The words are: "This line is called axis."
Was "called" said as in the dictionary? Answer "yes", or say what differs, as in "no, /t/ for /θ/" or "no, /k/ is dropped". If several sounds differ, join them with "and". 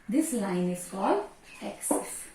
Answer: no, /d/ is dropped